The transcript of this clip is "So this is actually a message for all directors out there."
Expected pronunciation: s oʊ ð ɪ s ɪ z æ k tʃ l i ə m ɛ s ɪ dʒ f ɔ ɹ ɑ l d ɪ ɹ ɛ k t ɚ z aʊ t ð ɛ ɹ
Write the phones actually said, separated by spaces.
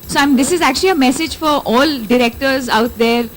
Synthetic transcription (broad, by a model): s oʊ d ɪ s ɪ z æ k tʃ l i ə m ɛ s ɪ dʒ f ɔ ɹ ɑ l d ɪ ɹ ɛ k t ɚ z aʊ t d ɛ ɹ